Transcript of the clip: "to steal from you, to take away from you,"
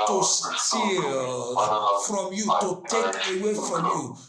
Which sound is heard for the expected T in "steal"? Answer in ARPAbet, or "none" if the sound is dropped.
S